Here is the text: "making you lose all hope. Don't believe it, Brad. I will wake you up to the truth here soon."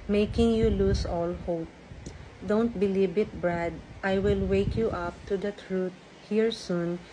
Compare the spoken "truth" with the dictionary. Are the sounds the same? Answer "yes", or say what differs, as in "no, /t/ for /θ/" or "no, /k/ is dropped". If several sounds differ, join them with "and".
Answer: no, /t/ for /θ/